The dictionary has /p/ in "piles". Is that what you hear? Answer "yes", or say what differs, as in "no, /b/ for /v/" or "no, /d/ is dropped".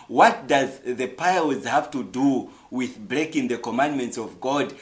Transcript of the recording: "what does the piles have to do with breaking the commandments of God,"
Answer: yes